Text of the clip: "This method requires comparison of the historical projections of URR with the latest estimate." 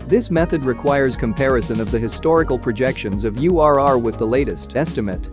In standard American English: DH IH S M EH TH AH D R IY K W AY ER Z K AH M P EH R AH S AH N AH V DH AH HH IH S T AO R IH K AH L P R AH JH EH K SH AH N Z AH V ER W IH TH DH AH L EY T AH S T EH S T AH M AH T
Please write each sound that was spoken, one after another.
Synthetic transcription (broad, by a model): DH IH S M EH TH AH D R IY K W AY ER Z K AH M P EH R AH S AH N AH V DH AH HH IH S T AO R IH K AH L P R AH JH EH K SH AH N Z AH V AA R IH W DH AH L EY T AH S T EH S T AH M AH T